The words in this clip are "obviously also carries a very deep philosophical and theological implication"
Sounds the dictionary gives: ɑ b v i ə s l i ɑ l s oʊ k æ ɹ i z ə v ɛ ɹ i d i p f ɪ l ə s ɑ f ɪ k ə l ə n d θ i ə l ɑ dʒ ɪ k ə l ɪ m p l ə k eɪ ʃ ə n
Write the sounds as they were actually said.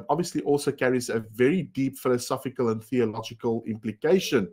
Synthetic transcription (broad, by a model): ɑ b v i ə s l i ɑ l s oʊ k æ ɹ i z ə v ɛ ɹ i d i p f ɪ l ə s ɑ f ɪ k ə l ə n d θ i ə l ɑ dʒ ɪ k ə l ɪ m p l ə k eɪ ʃ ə n